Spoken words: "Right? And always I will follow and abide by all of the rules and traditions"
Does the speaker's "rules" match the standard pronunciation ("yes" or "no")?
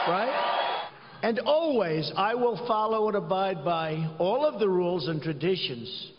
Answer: yes